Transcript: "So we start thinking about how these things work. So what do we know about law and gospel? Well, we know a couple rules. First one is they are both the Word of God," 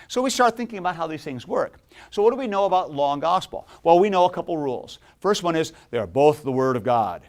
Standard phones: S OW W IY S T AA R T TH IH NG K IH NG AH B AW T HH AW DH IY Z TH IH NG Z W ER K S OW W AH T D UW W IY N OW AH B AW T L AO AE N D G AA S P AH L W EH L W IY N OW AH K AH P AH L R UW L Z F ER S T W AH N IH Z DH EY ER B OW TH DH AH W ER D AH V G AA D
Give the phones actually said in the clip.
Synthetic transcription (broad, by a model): S OW W IY S T AA R T TH IH NG K IH NG AH B AW T HH AW DH IY Z TH IH NG Z W ER K S OW W AH T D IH W IY N OW AH B AW T L AO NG G AA S P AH L W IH L W IY N OW AH K AH P L R UW L Z F ER S T W AH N IH Z DH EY ER B OW TH DH AH W ER D AH V G AA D